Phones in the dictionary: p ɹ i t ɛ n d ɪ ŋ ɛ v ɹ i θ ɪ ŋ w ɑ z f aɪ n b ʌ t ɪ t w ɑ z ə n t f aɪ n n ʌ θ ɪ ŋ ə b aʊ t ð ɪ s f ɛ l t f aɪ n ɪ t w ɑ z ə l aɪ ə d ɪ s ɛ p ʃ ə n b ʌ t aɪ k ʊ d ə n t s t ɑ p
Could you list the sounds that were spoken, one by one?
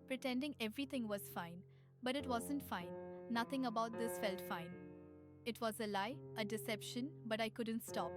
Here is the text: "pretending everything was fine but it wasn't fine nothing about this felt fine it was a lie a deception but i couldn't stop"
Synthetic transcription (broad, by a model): p ɹ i t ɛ n d ɪ ŋ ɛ v ɹ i t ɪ ŋ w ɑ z f aɪ n b ʌ t ɪ t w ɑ z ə n t f aɪ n n ʌ t ɪ ŋ ə b aʊ t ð ɪ s f ɛ l t f aɪ n ɪ t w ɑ z ə l aɪ ə d ɪ s ɛ p ʃ ə n b ʌ t aɪ k ʊ d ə n t s t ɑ p